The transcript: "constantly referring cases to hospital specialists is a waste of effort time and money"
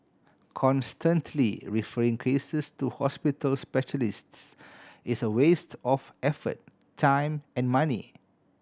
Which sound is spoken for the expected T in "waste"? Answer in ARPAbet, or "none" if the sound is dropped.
T